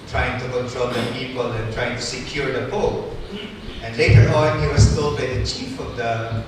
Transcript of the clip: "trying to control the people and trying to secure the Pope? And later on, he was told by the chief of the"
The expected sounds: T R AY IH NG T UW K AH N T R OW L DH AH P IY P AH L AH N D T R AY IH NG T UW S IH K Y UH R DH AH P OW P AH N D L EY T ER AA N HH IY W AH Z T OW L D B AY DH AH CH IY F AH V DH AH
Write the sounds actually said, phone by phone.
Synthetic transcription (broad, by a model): T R AY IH NG T UW K AH N T R OW L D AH P IY P AH L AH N T R AY IH NG T UW S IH K Y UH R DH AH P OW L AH N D L EY T ER AA N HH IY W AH S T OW L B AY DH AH CH IY F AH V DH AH